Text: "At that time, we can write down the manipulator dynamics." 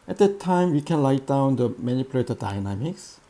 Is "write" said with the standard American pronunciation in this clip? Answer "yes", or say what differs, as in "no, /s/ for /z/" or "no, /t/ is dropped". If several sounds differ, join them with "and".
no, /l/ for /ɹ/